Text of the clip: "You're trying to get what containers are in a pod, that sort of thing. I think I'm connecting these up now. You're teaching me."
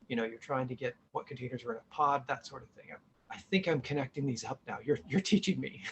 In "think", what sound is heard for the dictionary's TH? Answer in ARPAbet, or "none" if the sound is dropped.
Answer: TH